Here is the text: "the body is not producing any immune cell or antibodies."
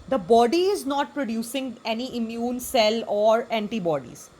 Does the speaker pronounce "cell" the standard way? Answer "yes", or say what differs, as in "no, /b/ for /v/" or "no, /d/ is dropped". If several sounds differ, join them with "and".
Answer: yes